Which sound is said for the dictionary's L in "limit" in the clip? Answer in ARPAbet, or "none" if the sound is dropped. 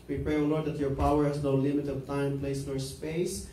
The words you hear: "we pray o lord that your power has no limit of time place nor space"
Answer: L